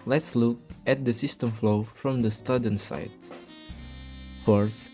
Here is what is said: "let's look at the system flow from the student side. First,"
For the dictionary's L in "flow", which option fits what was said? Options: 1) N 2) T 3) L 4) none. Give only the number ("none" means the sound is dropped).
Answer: 3